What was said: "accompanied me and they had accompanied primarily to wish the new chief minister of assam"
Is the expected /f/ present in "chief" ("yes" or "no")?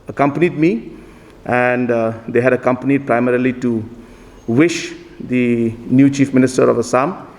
yes